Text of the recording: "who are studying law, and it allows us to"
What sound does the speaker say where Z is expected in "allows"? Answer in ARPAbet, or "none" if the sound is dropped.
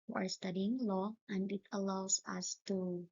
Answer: S